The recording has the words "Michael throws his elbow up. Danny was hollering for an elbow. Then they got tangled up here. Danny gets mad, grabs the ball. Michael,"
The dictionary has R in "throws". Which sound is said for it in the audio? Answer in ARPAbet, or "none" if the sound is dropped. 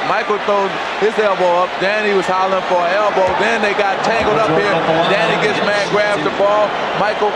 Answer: none